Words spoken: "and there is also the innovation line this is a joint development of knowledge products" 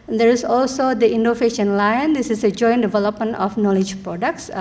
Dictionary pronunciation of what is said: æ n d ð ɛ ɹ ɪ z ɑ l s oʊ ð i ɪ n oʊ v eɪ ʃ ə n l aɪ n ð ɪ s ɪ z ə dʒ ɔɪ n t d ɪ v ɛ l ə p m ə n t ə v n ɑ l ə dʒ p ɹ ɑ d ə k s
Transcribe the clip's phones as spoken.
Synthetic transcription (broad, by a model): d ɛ ɹ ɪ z ɑ l s oʊ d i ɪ n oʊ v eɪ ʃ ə n l aɪ n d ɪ s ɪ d ə dʒ ɔɪ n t d ɪ v ɛ l ə p m ə n t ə f n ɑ l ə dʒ p ɹ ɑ d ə k s